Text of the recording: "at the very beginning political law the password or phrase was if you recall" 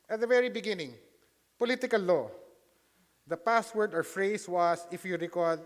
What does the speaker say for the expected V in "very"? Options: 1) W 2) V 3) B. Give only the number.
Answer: 2